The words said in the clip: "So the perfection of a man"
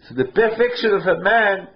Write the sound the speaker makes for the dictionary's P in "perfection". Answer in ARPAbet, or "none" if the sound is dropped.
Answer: B